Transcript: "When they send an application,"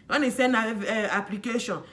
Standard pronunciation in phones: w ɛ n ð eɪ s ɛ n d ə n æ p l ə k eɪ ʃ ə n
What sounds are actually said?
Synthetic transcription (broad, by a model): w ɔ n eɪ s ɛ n ə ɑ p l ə k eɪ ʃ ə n